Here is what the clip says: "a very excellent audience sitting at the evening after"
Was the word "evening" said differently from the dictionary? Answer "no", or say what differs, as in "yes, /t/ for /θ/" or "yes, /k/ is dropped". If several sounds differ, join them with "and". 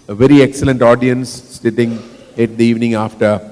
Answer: no